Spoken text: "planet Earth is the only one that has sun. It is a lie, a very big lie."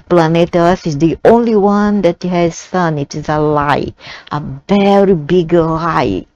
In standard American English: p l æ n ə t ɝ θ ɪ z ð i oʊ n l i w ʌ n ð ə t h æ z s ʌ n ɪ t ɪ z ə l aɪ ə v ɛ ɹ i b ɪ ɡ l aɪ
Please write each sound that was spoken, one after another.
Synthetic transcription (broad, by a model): p l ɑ n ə t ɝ s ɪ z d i oʊ n l i w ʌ n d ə t h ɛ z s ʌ n ɪ t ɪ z ə l aɪ ə v ɛ ɹ i b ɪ ɡ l aɪ